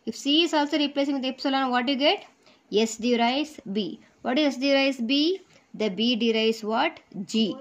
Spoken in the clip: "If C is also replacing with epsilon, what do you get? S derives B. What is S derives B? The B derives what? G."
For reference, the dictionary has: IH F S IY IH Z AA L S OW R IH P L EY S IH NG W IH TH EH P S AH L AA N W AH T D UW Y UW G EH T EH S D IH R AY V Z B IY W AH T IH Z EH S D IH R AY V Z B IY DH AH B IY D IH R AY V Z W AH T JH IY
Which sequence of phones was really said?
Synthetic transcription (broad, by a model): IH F S IY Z AA L S OW R IH P L EY S IH NG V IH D EH P S AH L AA N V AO T Y UW G EH T EH S D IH R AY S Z B IY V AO T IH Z EH S D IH R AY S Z B IY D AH B IY D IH R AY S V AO T JH IY